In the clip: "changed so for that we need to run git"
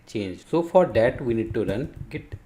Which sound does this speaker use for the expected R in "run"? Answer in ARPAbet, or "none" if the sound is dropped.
R